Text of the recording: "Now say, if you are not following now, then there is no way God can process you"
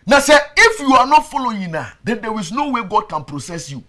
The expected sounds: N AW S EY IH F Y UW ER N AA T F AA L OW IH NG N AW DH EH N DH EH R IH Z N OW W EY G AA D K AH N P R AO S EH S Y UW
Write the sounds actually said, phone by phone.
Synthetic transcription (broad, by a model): N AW S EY IH F Y UW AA N AA T F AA L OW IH N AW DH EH N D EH W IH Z N OW W EY G AA D K AH N P R AO S EH S Y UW